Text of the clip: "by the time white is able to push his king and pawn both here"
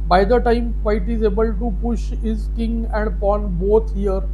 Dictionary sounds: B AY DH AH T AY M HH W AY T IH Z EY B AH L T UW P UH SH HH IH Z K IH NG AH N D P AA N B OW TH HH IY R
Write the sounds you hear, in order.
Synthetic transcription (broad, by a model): B AY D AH T AY M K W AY T IH Z EY B AH L T UW P UH SH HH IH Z K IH NG AH N D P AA N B OW T HH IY R